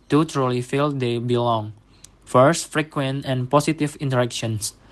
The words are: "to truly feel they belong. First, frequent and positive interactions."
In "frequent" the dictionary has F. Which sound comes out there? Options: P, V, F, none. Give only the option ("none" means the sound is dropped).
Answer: F